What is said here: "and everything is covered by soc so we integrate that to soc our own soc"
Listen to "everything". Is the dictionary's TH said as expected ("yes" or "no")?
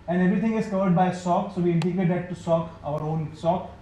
no